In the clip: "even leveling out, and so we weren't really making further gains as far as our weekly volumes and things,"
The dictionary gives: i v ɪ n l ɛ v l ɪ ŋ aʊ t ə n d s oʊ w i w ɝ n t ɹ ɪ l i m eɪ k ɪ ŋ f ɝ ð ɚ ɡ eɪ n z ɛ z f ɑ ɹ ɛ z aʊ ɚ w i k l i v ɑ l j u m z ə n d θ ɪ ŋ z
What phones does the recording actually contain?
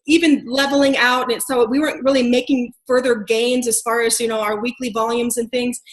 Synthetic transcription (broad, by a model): i v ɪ n l ɛ v l ɪ ŋ aʊ t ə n s oʊ w i w ɝ n t ɹ ɪ l i m eɪ k ɪ ŋ f ɝ ð ɚ ɡ eɪ n z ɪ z f ɑ ɹ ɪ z aʊ ɚ w i k l i v ɑ l j u m z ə n θ ɪ ŋ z